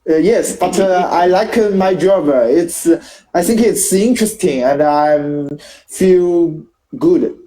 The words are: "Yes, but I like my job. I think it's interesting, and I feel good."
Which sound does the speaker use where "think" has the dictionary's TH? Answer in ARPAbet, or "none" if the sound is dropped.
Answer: TH